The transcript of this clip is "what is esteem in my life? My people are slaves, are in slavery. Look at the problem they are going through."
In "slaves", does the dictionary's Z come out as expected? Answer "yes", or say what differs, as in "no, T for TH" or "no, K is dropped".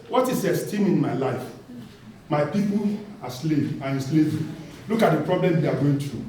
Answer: no, Z is dropped